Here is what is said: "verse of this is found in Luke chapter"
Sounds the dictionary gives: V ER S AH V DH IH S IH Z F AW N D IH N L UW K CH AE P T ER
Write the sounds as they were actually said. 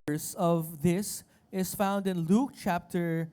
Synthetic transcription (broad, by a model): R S AH V DH IH S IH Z F AW N D IH N L UW K CH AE P T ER